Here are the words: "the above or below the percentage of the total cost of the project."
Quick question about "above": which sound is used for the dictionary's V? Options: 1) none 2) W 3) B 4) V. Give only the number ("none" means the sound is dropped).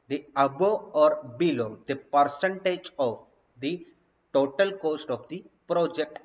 1